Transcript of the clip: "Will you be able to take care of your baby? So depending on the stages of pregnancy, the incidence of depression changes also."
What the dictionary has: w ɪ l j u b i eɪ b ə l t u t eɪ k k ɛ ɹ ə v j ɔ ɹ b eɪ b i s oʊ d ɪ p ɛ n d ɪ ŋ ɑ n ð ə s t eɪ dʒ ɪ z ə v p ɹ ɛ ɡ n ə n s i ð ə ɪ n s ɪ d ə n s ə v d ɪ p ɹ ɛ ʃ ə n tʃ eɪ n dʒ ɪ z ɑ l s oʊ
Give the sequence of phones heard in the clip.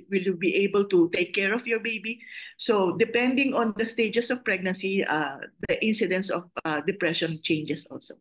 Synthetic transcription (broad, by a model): w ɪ l j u b i eɪ b ə l t u t eɪ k k ɛ ɹ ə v j ɔ ɹ b eɪ b i s oʊ d ɪ p ɛ n d ɪ ŋ ɑ n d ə s t eɪ dʒ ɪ s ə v p ɹ ɛ ɡ n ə n s i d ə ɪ n s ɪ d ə n s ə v d ɪ p ɹ ɛ ʃ ə n tʃ eɪ n dʒ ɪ s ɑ l s oʊ